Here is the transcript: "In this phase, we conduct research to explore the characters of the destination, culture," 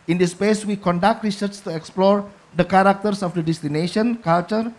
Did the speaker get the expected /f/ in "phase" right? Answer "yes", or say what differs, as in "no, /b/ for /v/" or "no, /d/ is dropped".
no, /p/ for /f/